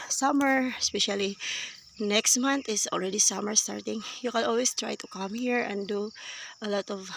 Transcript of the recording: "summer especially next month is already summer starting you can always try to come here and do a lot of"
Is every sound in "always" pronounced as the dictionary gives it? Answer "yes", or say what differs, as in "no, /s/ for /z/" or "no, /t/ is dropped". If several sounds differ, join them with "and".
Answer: no, /s/ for /z/